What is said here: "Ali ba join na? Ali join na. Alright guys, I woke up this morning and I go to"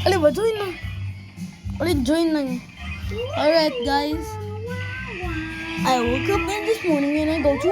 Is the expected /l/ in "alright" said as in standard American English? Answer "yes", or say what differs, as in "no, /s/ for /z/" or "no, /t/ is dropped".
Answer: no, /l/ is dropped